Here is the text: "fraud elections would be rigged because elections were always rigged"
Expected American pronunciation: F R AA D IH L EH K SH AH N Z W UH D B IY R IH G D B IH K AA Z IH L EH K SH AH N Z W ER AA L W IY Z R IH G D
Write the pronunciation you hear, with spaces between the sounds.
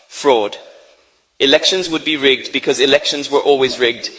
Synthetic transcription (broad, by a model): F R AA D IH L EH K SH AH N Z W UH D B IY R IH G D B IH K AA Z IH L EH K SH AH N Z W ER AA L W IY Z R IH G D